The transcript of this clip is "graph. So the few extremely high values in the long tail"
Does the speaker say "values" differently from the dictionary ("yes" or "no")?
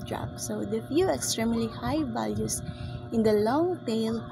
yes